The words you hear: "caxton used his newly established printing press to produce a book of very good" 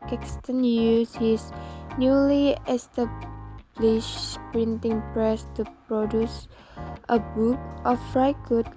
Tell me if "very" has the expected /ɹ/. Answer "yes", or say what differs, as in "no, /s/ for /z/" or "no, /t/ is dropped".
no, /ɹ/ is dropped